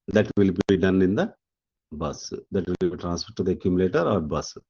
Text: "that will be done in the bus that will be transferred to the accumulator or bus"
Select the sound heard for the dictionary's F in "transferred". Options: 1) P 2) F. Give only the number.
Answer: 1